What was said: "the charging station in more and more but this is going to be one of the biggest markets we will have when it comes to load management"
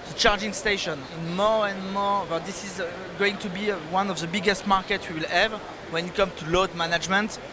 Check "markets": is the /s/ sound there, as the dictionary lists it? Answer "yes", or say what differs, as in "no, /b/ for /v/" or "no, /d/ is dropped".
no, /s/ is dropped